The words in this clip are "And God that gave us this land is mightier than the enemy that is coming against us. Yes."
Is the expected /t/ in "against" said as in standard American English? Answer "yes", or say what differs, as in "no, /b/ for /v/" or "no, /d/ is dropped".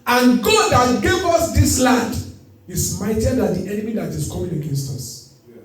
yes